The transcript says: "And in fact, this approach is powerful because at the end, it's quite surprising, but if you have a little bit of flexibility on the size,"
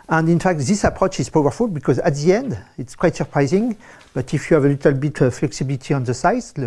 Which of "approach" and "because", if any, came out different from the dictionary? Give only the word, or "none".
none